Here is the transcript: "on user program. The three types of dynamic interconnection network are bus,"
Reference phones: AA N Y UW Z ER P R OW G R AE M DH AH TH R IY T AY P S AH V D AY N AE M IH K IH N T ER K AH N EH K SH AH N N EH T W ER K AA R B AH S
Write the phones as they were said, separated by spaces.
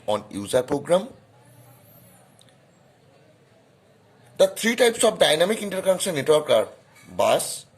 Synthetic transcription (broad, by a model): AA N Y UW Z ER P R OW G R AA M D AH T R IY T AY P S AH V D AY N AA M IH K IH N T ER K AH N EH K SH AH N N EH T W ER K AA R B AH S